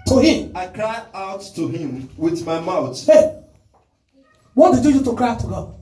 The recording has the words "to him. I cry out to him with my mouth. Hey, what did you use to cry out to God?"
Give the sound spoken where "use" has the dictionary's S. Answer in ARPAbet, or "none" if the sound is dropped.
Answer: none